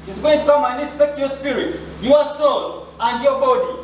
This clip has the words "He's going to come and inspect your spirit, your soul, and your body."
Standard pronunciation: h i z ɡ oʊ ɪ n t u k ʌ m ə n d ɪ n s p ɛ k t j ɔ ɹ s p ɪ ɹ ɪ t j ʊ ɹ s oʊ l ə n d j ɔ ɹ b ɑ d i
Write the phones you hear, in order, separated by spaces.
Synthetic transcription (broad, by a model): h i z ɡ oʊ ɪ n t u k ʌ m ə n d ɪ s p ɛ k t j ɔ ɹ s p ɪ ɹ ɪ t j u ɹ s oʊ l ə n d j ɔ b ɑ d i